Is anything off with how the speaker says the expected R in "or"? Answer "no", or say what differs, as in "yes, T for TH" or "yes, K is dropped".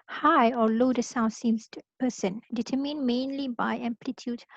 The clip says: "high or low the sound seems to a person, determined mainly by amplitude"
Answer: yes, L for R